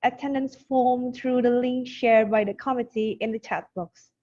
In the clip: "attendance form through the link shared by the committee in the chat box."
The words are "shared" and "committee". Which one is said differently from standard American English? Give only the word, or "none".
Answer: none